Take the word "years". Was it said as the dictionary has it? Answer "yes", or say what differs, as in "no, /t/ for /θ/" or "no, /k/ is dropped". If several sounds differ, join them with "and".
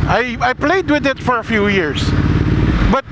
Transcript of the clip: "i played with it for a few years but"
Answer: no, /s/ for /z/